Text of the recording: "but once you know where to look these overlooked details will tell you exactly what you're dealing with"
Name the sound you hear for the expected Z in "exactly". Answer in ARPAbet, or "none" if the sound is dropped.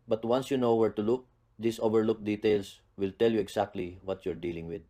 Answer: S